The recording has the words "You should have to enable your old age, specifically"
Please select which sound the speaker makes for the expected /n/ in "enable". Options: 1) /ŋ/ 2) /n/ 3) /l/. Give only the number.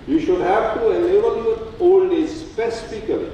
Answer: 3